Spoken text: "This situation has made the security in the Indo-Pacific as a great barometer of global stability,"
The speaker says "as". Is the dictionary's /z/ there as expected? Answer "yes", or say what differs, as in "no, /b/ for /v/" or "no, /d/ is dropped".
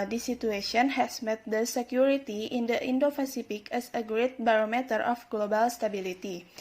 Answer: no, /s/ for /z/